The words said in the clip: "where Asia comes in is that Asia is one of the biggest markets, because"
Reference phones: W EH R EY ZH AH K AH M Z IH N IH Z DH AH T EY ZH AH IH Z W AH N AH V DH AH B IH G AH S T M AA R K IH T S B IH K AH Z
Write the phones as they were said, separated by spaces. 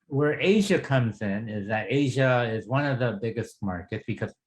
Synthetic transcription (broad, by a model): W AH R EY ZH AH K AH M Z IH N IH Z DH AH T EY ZH AH IH Z W AH N AH V DH AH B IH G AH S T M AA R K IH T S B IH K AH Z